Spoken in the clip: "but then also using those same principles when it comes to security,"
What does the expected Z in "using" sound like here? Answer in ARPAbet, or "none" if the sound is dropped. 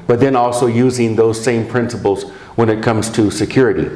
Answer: Z